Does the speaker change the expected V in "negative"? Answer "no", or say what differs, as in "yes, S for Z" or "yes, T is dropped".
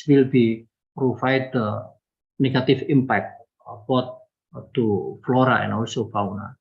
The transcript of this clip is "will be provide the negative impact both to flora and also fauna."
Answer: yes, F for V